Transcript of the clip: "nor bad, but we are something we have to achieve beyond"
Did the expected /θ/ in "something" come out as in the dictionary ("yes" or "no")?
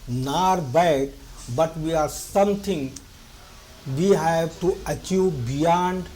no